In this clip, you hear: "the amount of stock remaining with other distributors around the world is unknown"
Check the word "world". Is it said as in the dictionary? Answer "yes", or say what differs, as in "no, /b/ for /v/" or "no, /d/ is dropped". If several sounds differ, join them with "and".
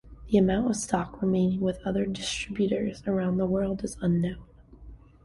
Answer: yes